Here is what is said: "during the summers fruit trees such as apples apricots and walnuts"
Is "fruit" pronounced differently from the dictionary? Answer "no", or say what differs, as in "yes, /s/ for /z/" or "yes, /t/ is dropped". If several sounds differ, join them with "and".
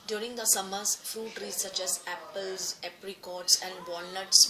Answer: yes, /ɹ/ is dropped